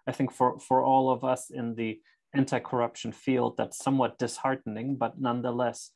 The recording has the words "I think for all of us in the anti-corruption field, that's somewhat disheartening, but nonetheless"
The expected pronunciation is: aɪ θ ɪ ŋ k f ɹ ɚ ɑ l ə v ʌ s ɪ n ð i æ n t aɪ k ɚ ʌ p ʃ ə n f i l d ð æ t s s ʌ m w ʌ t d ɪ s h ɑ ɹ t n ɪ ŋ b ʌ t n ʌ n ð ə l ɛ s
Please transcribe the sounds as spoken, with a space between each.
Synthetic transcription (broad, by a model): aɪ θ ɪ ŋ k f ɹ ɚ ɑ l ə v ʌ s ɪ n ð i æ n t aɪ k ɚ ʌ p ʃ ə n f i l d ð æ t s s ʌ m w ʌ t d ɪ s h ɑ ɹ t n ɪ ŋ b ʌ t n ʌ n ð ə l ɛ s